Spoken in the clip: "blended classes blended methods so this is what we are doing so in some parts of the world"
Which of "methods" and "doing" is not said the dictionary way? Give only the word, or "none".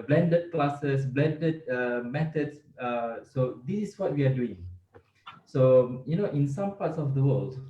methods